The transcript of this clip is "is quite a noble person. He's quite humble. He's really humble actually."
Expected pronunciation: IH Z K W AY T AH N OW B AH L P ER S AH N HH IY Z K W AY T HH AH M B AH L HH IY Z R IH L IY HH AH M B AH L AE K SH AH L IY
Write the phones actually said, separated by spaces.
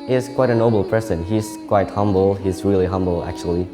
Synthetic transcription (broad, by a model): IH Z K W AY T AH N OW B L P ER S AH N HH IY Z K W AY T HH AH M B L HH IY Z R IH L IY HH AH M B L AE K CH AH L IY